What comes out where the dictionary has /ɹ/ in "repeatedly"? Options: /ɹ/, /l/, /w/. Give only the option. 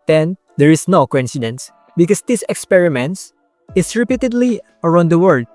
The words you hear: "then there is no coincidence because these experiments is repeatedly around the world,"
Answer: /ɹ/